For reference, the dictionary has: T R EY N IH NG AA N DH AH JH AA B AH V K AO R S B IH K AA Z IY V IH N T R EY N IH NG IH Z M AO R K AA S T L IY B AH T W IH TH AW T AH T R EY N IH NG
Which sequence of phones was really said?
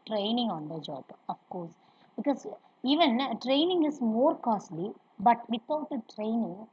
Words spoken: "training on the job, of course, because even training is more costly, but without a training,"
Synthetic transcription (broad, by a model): T R EY N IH NG AA N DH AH JH AA B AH F K AO R S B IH K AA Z IY V IH N T R EY N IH NG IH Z M AO R K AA S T L IY B AH T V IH T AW T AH T R EY N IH NG